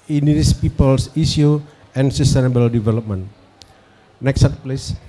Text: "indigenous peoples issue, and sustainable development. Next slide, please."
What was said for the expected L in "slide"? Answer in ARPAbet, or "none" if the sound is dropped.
none